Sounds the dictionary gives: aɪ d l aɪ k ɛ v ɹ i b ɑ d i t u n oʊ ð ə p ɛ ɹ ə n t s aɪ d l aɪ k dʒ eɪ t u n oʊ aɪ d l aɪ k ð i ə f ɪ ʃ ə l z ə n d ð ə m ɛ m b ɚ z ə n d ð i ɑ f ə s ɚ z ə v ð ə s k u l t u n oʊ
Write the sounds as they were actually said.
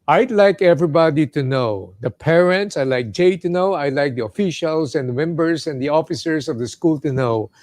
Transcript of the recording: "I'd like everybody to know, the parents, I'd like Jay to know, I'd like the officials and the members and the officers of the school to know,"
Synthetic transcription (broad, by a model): aɪ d l aɪ k ɛ v ɹ i b ɑ d i t u n oʊ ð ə p ɛ ɹ ə n t s aɪ l aɪ k dʒ eɪ t u n oʊ aɪ l aɪ k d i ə f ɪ ʃ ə l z ə n d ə m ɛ m b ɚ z ə n d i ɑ f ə s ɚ s ə v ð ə s k u l t u n oʊ